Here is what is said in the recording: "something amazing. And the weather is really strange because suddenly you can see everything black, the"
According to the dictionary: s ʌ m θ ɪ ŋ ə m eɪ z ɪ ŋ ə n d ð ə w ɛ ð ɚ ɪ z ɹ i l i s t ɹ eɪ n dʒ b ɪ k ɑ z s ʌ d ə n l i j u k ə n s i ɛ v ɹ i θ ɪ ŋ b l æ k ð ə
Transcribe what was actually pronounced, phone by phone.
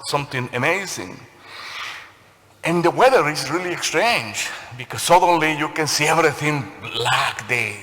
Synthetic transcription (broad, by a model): s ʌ m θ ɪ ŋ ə m eɪ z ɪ ŋ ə n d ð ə w ɛ ð ɚ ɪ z ɹ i l i s t ɹ eɪ n dʒ b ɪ k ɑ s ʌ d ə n l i j u k ə n s i ɛ v ɹ i θ ɪ ŋ l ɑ k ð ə